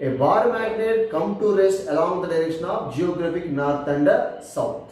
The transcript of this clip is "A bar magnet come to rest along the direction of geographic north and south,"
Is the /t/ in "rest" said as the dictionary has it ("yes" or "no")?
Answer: no